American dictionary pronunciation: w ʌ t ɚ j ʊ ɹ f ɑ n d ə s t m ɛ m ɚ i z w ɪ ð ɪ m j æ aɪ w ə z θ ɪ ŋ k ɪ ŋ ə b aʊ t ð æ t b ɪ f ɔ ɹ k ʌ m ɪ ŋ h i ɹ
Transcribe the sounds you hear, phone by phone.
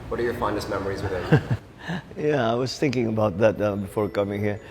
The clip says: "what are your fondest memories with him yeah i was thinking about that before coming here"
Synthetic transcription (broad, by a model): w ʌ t ɚ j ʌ ɹ f ɑ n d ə s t m ɛ m ɚ i z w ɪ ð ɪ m j æ aɪ w ə z θ ɪ ŋ k ɪ ŋ ə b aʊ t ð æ t b ɪ f ɔ ɹ k ʌ m ɪ ŋ h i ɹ